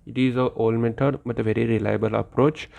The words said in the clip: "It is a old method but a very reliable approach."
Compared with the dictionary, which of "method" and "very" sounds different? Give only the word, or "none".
method